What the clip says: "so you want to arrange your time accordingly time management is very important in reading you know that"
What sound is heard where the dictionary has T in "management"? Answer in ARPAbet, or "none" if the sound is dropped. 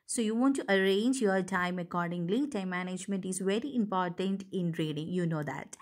T